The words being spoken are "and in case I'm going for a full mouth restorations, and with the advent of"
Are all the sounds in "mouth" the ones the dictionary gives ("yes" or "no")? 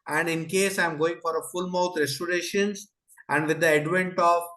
no